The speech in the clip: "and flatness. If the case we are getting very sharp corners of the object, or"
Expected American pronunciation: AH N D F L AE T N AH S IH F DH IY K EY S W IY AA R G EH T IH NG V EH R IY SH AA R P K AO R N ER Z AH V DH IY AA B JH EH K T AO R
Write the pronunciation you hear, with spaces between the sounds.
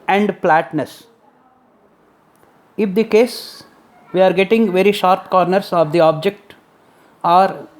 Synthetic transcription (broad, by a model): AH N D P L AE T N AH S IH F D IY K EY S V IY AA R G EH T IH NG V EH R IY SH AA R P K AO R N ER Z AH V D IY AA B JH EH K T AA R